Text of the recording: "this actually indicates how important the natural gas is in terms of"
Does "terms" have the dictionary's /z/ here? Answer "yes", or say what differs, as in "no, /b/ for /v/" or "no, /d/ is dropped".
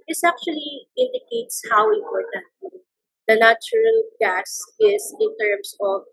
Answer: no, /s/ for /z/